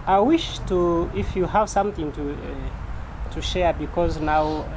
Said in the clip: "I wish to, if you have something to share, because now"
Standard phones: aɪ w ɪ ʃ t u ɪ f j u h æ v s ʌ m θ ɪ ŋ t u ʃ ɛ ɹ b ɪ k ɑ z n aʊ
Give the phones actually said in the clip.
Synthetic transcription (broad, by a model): aɪ w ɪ ʃ t u ɪ f j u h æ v s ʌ m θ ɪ ŋ t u ʃ ɛ ɹ b ɪ k ɑ z n aʊ